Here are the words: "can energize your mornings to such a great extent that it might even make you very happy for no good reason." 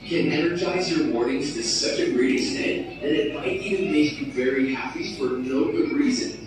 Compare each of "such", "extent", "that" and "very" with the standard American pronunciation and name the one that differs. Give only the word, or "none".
extent